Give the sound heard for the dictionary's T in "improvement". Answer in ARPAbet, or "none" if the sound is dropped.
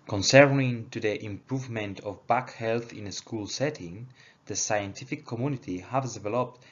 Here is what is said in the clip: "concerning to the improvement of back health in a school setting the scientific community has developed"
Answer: T